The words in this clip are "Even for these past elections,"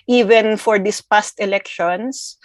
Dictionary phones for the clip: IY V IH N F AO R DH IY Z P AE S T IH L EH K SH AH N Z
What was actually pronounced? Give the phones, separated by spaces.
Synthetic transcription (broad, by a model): IY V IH N F AO R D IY S P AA S T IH L EH K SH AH N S